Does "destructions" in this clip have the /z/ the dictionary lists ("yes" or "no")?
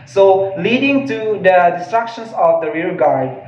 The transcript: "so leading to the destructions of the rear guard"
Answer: no